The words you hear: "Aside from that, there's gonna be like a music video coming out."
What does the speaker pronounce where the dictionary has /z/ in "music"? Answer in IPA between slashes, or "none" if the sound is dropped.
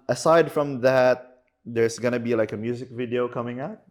/z/